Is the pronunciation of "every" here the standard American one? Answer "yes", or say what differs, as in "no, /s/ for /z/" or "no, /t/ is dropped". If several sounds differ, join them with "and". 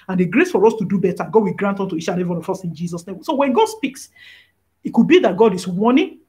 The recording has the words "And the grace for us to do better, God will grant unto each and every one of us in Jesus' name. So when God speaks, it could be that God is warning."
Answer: no, /ɹ/ is dropped